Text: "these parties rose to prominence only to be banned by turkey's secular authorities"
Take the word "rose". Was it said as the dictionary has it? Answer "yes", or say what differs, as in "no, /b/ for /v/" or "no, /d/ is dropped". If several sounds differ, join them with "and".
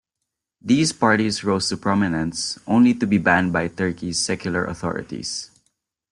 no, /s/ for /z/